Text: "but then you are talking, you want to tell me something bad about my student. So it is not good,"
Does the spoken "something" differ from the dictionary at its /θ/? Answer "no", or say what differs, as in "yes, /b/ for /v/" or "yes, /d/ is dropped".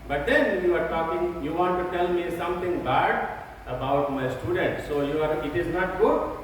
yes, /t/ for /θ/